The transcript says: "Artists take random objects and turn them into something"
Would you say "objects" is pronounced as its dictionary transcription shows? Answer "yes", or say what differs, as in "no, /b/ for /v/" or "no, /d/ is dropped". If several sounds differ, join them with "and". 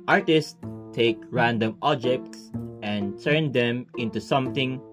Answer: yes